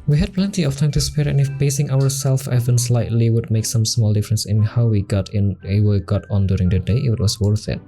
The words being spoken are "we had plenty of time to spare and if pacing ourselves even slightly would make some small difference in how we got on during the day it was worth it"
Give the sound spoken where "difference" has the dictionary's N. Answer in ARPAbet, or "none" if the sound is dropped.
N